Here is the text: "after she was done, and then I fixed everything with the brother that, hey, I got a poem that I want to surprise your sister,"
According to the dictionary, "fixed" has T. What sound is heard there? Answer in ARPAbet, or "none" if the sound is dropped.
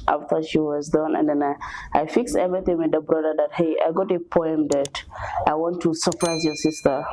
none